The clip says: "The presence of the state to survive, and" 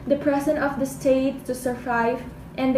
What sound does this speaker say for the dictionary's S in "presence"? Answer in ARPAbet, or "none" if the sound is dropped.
none